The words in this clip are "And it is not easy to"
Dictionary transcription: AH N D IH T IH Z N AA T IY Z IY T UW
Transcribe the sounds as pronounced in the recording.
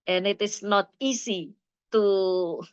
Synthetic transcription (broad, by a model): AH N IH T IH S N AA T IY S IY T UW